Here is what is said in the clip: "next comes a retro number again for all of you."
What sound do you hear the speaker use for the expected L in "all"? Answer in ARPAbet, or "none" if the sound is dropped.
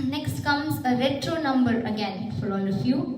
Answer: N